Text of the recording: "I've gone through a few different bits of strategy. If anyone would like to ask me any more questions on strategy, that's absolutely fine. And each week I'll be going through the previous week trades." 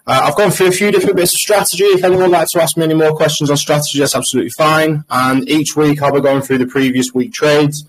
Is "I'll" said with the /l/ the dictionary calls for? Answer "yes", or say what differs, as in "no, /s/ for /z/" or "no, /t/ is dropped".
yes